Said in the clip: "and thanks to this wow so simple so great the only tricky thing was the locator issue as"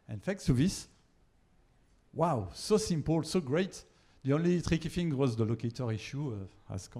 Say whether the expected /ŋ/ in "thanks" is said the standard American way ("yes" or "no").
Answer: no